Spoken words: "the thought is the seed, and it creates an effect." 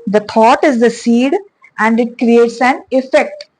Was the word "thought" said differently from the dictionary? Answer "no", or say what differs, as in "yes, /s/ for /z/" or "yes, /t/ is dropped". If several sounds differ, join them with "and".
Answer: yes, /t/ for /θ/